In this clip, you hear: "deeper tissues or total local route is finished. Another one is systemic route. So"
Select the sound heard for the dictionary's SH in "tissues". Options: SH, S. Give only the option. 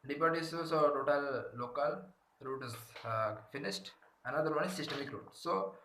S